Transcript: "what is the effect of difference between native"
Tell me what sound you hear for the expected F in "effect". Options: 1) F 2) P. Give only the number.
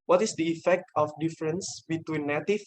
1